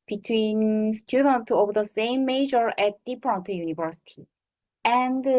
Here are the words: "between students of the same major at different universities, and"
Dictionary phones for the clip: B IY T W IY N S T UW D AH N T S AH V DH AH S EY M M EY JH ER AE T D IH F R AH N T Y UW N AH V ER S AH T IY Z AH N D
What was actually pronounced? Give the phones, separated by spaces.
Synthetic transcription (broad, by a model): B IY T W IY N S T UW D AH N T AH V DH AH S EY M M EY JH ER AE T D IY P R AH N T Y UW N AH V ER S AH T IY AH N D